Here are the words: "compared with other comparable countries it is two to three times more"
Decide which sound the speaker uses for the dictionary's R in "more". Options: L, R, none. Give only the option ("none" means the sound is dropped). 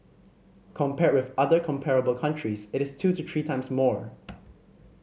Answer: R